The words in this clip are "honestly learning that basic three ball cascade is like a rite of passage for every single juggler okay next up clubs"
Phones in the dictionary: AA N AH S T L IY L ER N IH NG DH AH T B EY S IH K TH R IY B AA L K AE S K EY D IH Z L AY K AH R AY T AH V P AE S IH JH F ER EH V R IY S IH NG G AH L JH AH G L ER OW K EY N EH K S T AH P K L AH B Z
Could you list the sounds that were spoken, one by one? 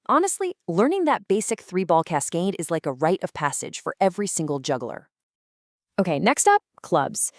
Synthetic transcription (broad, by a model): AA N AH S T L IY L ER N IH NG DH AH T B EY S IH K TH R IY B AA L K AE S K EY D IH Z L AY K AH R AY T AH V P AE S IH JH F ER EH V R IY S IH NG G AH L JH AH G L ER OW K EY N EH K S T AH P K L AH B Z